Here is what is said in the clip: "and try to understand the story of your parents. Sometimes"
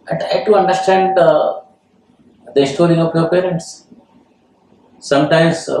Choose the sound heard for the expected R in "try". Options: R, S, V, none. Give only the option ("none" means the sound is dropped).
none